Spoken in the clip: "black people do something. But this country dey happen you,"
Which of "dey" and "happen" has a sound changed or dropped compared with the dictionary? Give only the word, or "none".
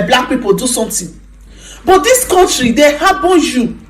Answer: happen